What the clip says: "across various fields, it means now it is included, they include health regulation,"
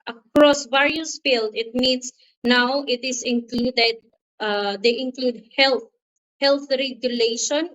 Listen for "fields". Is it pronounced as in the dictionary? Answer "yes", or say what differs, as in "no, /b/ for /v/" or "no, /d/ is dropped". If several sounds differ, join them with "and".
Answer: no, /z/ is dropped